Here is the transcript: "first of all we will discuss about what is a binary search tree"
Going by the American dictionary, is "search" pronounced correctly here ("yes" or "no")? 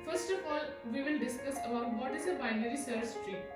no